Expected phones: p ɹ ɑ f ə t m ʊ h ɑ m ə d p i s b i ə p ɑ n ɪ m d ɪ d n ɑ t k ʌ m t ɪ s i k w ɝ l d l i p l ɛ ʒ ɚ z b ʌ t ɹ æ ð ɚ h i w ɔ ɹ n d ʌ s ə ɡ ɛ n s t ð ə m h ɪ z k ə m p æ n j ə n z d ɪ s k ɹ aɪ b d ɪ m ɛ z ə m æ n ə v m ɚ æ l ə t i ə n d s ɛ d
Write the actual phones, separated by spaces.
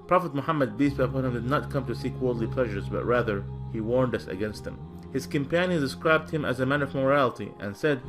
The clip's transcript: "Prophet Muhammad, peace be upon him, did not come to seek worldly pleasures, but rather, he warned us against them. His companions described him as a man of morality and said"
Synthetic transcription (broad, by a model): p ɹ ɑ f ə t m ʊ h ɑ m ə d b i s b ə p ɑ n ɪ m d ɪ d n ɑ t k ʌ m t ɪ s i k w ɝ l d l i p l ɛ ʒ ɚ z b ʌ t ɹ æ ð ɚ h i w ɔ ɹ n d ʌ s ə ɡ ɛ n s t ð ə m h ɪ z k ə m p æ n j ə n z d ɪ s k ɹ aɪ b d ɪ m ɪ z ə m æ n ə v m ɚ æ l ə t i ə n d s ɛ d